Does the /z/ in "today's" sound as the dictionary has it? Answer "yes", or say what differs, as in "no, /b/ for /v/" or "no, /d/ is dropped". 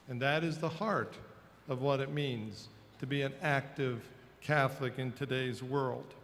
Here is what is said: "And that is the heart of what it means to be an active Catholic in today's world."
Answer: yes